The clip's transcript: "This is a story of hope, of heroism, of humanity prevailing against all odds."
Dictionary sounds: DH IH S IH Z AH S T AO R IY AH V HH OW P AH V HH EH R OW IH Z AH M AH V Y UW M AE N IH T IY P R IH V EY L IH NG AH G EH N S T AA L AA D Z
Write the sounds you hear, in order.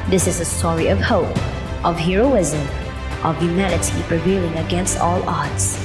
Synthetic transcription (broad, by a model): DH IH S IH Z AH S T AO R IY AH V HH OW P AH V HH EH R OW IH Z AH M AH V Y UW M AE N IH T IY P R IH V EY L IH NG AH G EH N S T AA L AA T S